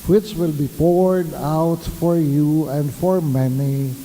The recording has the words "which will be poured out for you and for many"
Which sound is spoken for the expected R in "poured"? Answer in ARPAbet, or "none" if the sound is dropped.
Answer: R